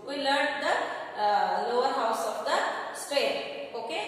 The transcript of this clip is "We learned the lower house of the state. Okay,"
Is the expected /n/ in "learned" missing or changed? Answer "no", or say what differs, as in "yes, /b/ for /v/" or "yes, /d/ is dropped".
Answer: yes, /n/ is dropped